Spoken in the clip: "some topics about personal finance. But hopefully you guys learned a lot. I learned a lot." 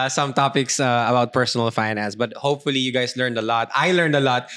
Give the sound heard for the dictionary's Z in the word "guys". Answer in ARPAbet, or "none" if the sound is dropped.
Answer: S